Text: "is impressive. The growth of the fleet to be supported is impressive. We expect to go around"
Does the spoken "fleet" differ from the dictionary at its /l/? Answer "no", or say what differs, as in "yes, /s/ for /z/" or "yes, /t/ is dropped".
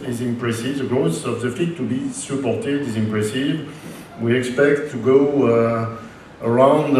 yes, /l/ is dropped